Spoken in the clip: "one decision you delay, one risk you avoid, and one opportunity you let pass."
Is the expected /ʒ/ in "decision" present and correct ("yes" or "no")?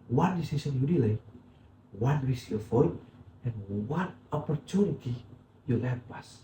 no